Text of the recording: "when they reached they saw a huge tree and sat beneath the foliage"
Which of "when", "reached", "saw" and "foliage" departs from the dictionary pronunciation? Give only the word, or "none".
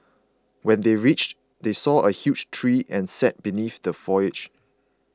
foliage